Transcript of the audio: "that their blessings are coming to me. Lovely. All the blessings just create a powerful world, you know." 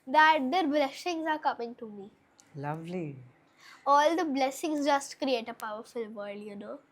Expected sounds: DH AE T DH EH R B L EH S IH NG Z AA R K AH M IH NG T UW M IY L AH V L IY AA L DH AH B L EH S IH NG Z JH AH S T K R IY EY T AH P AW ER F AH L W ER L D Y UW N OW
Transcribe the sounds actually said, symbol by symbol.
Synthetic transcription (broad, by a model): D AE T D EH R B L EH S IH NG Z AA R K AH M IH NG T UW M IY L AH V L IY AA L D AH B L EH S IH NG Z JH AH S T K R IY EY T AH P AW ER F AH L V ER D Y UW N OW